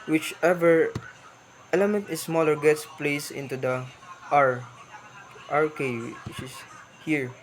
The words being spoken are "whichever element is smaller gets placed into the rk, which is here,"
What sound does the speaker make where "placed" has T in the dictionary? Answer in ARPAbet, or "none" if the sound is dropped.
none